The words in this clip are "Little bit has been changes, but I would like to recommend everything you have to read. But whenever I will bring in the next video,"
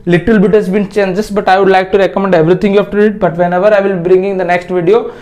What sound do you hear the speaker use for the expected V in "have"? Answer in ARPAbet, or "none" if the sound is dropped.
F